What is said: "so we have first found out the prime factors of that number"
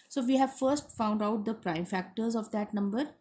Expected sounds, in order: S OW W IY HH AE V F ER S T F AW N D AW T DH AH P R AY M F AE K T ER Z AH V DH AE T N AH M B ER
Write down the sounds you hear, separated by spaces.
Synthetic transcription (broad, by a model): S OW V IY HH AE V F ER S T F AW N D AW T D AH P R AY M F AE K T ER Z AH V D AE T N AH M B ER